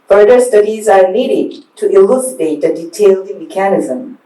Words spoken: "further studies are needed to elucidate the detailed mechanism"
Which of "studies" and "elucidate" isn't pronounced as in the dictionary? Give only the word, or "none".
none